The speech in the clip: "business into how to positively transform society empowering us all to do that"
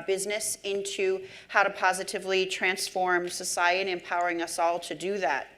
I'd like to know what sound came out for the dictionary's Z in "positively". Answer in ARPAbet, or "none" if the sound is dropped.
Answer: Z